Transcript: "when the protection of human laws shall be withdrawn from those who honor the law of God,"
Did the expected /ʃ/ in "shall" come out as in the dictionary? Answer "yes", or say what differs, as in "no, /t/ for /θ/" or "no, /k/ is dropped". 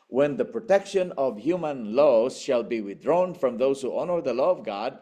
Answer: yes